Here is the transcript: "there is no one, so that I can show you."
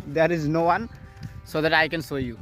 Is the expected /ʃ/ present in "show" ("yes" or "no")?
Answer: no